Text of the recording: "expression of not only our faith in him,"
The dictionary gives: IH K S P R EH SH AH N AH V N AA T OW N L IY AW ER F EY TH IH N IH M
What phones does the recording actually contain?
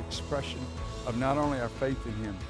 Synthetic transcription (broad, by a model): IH K S P R EH SH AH N AH V N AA T OW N L IY AW ER F EY TH IH N IH M